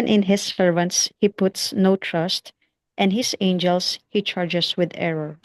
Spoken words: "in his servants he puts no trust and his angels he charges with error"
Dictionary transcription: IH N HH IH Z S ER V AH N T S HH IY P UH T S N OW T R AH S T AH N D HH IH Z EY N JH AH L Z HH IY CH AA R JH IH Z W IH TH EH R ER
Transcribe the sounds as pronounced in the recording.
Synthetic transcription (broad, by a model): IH N HH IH S ER V AH N T S HH IY P UH T S N OW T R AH S T AH N D HH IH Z EY N JH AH L S HH IY CH AA R JH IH S W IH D EH R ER